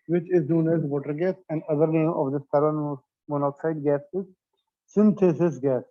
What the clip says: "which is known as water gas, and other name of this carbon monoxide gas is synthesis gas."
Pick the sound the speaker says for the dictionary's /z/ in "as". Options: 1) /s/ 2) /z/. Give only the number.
2